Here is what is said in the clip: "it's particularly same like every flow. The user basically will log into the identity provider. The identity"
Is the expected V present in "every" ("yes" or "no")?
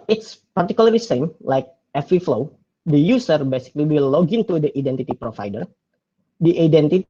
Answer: no